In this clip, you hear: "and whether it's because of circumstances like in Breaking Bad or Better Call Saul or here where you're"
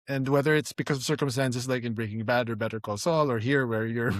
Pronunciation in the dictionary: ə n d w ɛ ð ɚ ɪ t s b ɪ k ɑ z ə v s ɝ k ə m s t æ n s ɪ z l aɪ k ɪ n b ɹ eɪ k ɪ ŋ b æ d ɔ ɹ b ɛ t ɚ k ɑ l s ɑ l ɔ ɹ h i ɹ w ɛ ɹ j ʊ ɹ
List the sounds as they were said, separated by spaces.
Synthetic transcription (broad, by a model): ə n d w ɛ ð ɚ ɪ t s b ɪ k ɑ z ə v s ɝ k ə m s t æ n s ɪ s l aɪ k ɪ n b ɹ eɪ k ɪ ŋ b æ d ɔ ɹ b ɛ t ɚ k ɑ l s ɑ l ɔ ɹ h i ɹ w ɛ ɹ j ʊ ɹ